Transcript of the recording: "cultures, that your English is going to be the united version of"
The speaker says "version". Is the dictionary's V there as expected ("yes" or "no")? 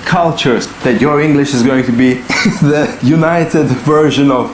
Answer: yes